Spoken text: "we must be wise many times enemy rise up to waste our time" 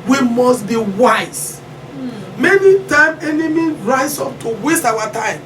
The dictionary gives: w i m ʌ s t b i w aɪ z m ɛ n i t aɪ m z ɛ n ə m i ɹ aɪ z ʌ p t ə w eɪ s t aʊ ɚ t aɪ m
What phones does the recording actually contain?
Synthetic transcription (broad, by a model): w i m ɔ s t b i w aɪ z m ɛ n i t aɪ m ɛ n ə m i ɹ aɪ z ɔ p t ə w eɪ s t aʊ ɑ t aɪ m